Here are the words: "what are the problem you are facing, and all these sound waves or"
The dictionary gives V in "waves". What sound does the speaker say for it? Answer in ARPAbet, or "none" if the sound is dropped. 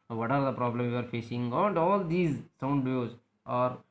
none